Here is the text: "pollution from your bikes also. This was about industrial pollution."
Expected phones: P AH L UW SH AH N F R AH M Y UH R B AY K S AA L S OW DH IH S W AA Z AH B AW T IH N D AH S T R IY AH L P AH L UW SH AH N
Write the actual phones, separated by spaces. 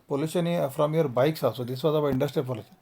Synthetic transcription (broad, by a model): P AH L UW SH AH N F R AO M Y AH R B AY K S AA S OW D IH S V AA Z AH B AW IH N D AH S T R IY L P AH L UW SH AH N